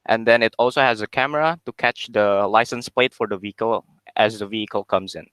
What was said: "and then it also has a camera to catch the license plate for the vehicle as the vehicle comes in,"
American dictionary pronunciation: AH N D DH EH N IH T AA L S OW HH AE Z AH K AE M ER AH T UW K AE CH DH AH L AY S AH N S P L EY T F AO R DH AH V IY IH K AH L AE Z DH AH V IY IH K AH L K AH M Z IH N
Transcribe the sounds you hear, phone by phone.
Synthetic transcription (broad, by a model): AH N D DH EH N IH T AA L S OW HH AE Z AH K AE M ER AH T UW K AE CH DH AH L AY S AH N S P L EY T F AO R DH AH V IY IH K AH L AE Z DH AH V IY IH K AH L K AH M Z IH N